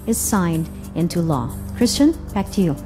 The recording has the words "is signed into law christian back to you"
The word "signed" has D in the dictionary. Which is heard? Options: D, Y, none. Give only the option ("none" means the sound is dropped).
D